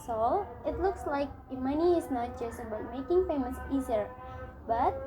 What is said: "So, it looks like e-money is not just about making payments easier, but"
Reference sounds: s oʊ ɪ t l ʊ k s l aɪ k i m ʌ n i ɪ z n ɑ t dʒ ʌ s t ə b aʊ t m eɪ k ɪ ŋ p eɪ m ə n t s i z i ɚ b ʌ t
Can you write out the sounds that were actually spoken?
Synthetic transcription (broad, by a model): s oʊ ɪ t l ʊ k s l aɪ k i m ʌ n i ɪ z n ɑ t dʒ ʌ s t ə b aʊ t m eɪ k ɪ ŋ f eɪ m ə s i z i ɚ b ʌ t